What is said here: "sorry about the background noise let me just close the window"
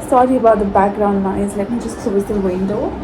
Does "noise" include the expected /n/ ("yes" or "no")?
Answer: no